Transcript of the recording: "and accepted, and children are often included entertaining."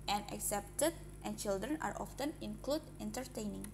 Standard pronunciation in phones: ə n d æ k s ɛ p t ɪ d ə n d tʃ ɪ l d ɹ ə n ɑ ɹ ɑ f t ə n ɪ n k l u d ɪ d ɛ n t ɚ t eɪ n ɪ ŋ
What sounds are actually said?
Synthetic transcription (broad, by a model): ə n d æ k s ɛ p t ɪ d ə n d tʃ ɪ l d ɹ ə n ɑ ɹ ɑ f t ə n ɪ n k l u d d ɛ n t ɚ t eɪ n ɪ ŋ